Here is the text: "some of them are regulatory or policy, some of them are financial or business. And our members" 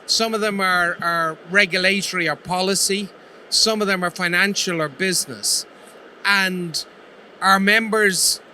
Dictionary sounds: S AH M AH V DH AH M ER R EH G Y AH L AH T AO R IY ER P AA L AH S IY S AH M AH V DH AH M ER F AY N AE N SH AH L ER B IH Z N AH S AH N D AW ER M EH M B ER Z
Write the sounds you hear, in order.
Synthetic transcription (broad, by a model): S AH M AH V DH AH M ER R EH G Y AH L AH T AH R IY ER P AA L AH S IY S AH M AH V DH AH M ER F AY N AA N SH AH L ER B IH Z N AH S AH N D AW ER M EH M B ER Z